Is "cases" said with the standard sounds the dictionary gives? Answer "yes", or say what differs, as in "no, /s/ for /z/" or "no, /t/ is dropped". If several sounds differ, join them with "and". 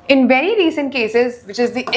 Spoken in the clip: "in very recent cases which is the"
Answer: yes